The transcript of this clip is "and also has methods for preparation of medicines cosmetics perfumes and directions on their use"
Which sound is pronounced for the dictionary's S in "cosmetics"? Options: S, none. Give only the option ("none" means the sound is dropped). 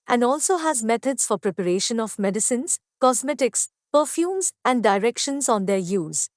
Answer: S